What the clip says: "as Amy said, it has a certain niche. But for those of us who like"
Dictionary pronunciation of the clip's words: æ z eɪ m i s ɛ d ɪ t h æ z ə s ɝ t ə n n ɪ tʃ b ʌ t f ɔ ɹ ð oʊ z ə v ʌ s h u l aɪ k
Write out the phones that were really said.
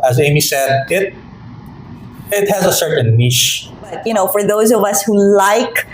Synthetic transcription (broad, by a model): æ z eɪ m i s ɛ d ɪ t h æ z ə s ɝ t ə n n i ʃ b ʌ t f ɔ ɹ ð oʊ z ə v ʌ s h u l aɪ k